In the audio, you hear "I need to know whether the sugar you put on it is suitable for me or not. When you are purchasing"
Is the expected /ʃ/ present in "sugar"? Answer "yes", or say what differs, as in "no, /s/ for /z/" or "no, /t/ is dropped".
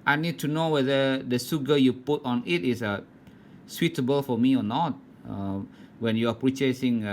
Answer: no, /s/ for /ʃ/